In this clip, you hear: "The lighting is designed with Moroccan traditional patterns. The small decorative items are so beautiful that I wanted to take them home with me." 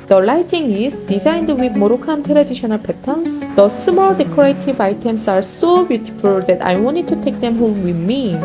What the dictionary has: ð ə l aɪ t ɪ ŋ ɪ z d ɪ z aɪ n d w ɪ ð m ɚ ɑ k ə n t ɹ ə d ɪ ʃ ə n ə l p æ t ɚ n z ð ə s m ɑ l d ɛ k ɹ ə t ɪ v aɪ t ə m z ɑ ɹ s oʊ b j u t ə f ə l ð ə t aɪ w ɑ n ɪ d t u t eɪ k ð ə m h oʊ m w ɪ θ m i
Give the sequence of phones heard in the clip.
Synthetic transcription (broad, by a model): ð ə l aɪ t ɪ ŋ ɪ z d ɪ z aɪ n d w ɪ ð m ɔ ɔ k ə n t ɹ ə d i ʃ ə n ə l p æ t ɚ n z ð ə s m ɑ l d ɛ k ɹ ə t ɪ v aɪ t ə m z ɑ ɹ s oʊ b j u t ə p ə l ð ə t aɪ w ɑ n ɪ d t u t eɪ k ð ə m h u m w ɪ m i